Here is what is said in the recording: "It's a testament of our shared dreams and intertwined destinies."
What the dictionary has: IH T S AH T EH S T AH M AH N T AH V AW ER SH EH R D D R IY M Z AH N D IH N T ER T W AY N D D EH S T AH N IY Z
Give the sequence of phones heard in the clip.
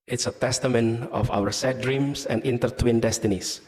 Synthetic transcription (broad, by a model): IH T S AH T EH S T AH M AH N AH F AW ER S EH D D R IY M S AH N D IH N T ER T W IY N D D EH S T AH N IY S